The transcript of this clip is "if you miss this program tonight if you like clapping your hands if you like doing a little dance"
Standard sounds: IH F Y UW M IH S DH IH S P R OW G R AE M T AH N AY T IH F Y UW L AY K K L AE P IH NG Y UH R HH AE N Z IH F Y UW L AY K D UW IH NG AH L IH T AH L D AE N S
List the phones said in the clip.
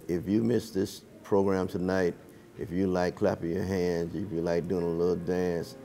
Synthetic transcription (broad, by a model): IH F Y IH M IH S DH IH S P R OW G R AE M T AH N AY T IH F Y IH L AY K K L AE P IH NG Y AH R HH AE N Z IH F Y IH L AY K D UW IH NG AH L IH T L D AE N S